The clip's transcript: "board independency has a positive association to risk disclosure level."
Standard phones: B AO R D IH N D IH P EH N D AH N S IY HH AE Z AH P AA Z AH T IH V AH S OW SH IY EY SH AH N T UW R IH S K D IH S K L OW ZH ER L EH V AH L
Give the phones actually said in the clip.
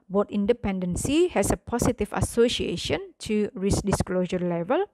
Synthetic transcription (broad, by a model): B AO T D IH N D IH P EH N D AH N S IY HH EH S AH P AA S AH T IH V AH S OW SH IY EY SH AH N T UW R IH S D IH S K L OW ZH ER L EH V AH L